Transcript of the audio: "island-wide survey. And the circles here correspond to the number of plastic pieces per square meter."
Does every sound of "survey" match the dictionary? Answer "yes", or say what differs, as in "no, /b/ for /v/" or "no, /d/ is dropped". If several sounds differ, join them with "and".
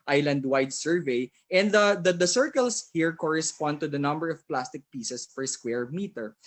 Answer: yes